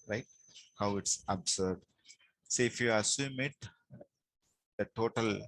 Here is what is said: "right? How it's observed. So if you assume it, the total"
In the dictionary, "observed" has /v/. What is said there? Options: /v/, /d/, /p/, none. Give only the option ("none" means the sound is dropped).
none